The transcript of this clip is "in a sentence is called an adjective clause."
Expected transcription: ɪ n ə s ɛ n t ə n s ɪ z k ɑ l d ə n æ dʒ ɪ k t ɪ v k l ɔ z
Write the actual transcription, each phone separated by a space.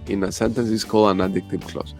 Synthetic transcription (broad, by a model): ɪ n ə s ɛ n t ə n s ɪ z k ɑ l ə n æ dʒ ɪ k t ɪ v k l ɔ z